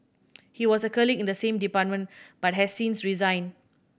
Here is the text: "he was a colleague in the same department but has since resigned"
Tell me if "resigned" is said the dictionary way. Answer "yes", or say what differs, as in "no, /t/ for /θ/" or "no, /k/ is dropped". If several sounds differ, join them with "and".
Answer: no, /d/ is dropped